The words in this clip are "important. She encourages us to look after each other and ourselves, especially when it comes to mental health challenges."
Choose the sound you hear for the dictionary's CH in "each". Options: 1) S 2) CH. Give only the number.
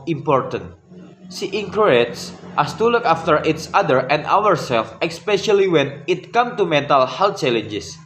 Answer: 1